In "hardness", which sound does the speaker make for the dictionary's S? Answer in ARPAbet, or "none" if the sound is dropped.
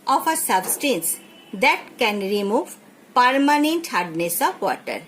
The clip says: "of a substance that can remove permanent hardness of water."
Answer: S